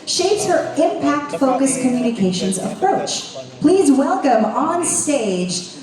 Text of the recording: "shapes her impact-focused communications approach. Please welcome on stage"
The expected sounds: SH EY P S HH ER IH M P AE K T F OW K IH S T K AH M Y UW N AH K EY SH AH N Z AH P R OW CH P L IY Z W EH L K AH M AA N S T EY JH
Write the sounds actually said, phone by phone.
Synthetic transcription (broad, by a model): SH EY P S HH ER IH M P AE K T F OW K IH S K AH M Y UW N AH K EY SH AH N Z AH P R OW CH P L IY Z W EH L K AH M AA N S T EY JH